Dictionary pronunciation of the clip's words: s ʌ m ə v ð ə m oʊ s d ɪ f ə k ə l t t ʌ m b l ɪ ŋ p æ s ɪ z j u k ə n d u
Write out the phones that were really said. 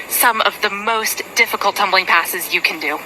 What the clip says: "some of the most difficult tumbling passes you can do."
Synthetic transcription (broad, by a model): s ʌ m ə v ð ə m oʊ s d ɪ f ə k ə l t t ʌ m b l ɪ ŋ p æ s ɪ z j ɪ k ə n d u